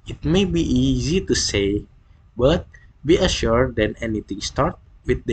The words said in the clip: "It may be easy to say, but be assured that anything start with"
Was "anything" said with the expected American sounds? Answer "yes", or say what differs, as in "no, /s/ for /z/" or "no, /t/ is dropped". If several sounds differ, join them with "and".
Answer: no, /t/ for /θ/